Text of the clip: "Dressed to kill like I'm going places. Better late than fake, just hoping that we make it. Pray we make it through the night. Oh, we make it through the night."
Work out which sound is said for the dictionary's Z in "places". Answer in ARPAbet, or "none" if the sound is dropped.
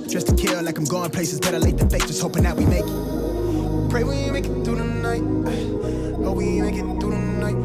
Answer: Z